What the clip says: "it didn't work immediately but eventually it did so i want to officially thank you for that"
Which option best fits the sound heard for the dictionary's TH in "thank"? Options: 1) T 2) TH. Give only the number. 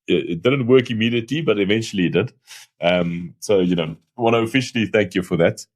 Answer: 2